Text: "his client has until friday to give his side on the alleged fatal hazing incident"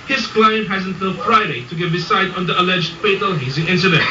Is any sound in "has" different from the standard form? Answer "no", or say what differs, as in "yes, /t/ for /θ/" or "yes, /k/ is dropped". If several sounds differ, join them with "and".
no